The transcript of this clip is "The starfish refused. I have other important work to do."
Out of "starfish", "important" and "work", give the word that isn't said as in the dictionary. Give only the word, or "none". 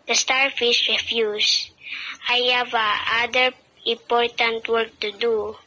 starfish